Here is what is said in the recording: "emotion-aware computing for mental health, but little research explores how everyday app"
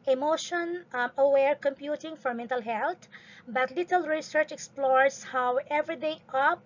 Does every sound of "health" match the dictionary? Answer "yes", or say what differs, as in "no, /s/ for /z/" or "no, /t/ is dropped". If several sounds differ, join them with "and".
no, /t/ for /θ/